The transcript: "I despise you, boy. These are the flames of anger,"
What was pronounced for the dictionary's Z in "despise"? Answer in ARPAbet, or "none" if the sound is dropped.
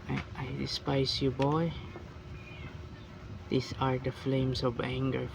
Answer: S